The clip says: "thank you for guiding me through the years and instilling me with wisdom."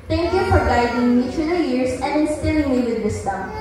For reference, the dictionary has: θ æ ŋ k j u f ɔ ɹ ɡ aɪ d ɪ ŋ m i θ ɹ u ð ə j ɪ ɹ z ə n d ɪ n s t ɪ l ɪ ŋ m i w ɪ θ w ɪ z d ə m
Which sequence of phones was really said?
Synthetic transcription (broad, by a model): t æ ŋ k j u f ɔ ɹ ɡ aɪ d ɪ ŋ m i t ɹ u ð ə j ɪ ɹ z ə n d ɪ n s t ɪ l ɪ ŋ m i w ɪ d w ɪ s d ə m